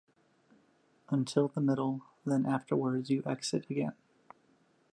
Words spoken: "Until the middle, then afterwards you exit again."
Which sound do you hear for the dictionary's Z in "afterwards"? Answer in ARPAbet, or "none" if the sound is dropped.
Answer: Z